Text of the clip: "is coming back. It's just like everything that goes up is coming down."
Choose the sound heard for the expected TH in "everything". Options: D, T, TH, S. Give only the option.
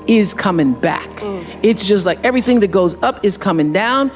TH